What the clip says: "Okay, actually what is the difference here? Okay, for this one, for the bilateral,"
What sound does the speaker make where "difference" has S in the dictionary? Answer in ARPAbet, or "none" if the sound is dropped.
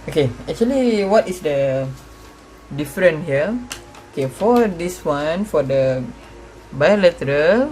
none